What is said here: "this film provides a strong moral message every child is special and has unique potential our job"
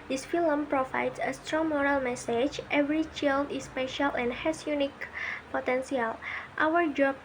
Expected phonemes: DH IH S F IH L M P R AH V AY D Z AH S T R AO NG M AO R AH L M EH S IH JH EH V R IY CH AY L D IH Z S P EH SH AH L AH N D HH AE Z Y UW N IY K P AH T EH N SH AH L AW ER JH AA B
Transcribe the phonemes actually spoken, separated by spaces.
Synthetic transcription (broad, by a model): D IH S F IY L M P R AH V AY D S AH S T R AO NG M AO R AH L M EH S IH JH EH V R IY CH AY L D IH S P EH SH AH L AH N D HH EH S Y UW N IY K P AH T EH N S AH L AW ER JH AA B